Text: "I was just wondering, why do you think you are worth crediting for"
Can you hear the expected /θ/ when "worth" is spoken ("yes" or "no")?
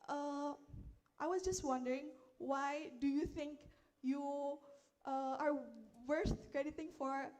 no